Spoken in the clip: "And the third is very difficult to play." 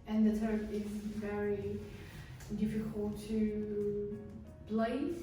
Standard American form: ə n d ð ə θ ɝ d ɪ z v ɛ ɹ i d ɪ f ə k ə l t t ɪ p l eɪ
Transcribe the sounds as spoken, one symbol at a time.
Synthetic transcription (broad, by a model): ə n ð ə t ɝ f ɪ z v ɛ ɹ i d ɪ f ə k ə l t t ɪ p l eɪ